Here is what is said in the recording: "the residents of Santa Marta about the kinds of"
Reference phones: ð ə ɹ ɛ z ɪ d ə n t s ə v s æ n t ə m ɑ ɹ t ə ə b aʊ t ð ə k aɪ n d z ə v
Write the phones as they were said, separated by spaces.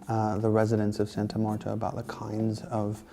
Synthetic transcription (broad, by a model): ð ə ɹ ɛ z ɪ d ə n s ə v s æ n t ə m ɑ ɹ t ə ə b aʊ t ð ə k aɪ n d z ə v